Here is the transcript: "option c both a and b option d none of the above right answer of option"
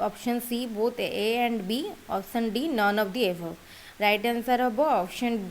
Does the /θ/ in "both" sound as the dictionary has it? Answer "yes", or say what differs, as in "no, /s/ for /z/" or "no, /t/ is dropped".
no, /t/ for /θ/